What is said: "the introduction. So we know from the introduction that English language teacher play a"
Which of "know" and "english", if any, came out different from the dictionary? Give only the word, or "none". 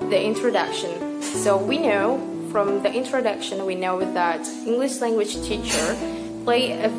none